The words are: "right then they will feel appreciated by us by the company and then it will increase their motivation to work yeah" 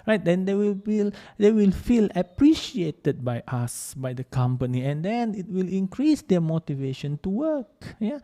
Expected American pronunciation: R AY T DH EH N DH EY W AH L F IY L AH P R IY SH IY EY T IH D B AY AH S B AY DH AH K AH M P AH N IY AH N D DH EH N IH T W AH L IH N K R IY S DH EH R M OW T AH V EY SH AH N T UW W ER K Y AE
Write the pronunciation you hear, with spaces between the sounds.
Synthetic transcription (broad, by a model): R AY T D EH N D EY W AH L F IY L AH P R IY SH IY EY T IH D B AY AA S B AY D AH K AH M P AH N IY AH N D EH N IH T W AH L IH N K R IY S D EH M OW T AH V EY SH AH N T UW W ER K Y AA